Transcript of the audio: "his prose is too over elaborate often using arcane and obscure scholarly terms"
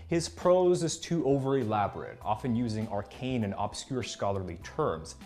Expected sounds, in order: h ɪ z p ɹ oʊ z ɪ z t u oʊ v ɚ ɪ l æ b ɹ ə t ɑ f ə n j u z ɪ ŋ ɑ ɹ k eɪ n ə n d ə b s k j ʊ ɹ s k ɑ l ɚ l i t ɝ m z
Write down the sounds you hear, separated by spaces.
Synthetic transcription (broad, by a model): h ɪ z p ɹ oʊ z ɪ z t u oʊ v ɚ ɪ l æ b ɹ ə t ɑ f ə n j u z ɪ ŋ ɑ ɹ k eɪ n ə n ə b s k j ʊ ɹ s k ɑ l ɚ l i t ɝ m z